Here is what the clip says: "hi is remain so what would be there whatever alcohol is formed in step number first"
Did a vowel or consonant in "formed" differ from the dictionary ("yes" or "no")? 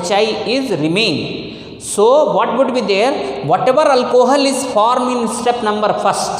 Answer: yes